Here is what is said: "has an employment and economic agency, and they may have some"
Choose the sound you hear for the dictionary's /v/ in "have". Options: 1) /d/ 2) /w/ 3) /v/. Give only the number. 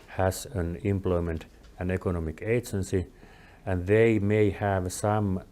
3